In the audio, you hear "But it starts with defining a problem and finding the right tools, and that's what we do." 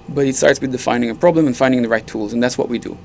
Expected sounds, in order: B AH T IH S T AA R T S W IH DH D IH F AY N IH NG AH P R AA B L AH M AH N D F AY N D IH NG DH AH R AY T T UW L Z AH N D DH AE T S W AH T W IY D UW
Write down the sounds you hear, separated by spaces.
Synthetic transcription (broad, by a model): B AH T IH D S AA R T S W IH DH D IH F AY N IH NG AH P R AA B L AH M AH N F AY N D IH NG DH AH R AY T T UW L Z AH N DH AE T S W AH T W IY D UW